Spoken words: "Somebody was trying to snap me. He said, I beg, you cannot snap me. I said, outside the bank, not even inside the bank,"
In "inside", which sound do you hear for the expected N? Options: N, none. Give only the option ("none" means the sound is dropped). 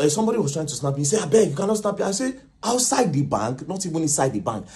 none